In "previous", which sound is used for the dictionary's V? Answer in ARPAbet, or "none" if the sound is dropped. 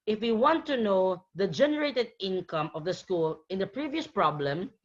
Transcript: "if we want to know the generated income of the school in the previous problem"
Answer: V